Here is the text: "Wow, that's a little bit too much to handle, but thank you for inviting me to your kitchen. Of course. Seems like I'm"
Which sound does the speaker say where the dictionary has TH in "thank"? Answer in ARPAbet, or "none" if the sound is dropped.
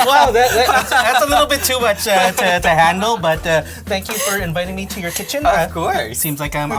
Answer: TH